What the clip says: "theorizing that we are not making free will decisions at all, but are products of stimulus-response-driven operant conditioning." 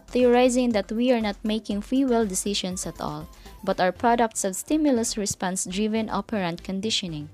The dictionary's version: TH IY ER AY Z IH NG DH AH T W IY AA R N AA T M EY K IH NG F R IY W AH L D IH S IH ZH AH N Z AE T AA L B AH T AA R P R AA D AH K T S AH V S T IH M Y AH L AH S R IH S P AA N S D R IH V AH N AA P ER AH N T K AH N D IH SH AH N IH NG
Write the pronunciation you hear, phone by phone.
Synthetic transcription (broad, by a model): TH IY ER AY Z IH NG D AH T W IY AA R N AA T M EY K IH NG F IY W AH L D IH S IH SH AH N S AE T AA L B AH T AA W P R AA D AH K T S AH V S T IH M Y AH L AH S R IH S P AA N S D R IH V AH N AA P ER AH N T K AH N D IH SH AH N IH NG